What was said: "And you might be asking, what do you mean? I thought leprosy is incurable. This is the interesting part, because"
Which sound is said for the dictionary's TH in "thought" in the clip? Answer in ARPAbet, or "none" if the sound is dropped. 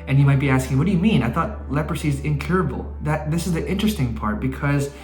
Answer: TH